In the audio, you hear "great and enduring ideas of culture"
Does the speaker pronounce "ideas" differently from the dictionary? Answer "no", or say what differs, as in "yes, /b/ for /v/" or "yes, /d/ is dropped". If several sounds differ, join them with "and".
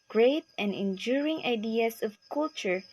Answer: yes, /s/ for /z/